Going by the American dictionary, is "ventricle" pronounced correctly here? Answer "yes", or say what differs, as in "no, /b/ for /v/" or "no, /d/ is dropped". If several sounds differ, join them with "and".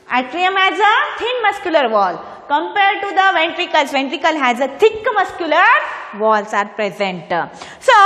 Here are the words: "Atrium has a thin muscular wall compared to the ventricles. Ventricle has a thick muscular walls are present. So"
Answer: yes